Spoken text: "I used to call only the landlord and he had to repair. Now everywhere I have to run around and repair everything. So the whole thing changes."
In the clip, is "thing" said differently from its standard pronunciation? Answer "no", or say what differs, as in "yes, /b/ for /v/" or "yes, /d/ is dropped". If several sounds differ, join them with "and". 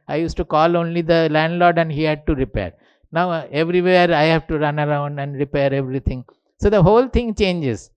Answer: yes, /t/ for /θ/